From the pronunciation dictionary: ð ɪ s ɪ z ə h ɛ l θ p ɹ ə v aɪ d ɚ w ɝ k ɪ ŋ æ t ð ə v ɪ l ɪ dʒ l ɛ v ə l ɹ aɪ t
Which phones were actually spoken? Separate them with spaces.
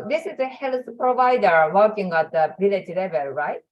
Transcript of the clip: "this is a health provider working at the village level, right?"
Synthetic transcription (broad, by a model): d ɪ s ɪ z ə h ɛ l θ p ɹ ə v aɪ d ɚ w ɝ k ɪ ŋ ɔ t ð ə b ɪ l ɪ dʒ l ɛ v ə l ɹ aɪ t